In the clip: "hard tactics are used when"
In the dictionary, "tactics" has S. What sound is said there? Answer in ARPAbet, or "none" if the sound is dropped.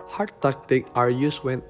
none